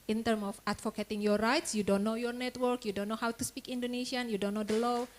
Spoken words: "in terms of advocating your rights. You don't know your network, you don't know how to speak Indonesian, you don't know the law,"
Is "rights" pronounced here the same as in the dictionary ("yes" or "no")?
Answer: yes